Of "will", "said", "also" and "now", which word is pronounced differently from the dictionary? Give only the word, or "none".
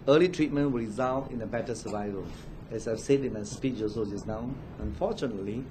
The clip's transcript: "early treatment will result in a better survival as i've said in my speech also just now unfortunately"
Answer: also